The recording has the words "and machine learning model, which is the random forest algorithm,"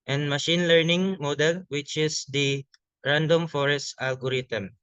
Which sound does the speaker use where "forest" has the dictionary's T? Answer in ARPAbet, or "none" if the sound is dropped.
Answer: T